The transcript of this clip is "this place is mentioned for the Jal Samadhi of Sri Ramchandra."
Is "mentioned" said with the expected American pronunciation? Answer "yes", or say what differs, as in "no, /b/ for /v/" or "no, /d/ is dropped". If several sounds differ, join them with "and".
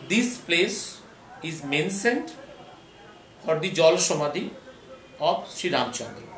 no, /s/ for /ʃ/